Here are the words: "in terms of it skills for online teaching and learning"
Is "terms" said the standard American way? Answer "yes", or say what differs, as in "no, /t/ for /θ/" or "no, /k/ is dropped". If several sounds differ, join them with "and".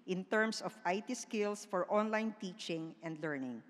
no, /s/ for /z/